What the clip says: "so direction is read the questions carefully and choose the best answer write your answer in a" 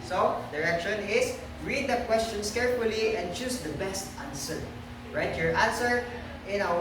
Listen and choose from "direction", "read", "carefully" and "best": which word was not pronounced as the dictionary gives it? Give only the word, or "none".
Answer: none